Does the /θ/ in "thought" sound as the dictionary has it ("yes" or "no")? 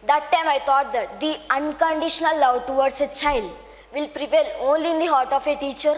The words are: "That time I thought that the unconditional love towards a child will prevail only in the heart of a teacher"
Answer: no